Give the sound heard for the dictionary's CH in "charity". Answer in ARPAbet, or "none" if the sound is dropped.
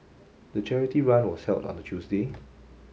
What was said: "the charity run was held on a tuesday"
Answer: CH